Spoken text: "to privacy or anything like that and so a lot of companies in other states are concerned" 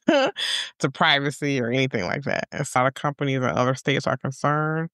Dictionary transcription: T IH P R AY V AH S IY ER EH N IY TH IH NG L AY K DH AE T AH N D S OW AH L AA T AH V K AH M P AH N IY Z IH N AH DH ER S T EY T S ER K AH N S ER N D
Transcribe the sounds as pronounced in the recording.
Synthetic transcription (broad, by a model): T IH P R AY V AH S IY ER EH N IY TH IH NG L AY K DH AE T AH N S L AA T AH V K AH M P AH N IY Z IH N AH DH ER S T EY T S ER K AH N S ER N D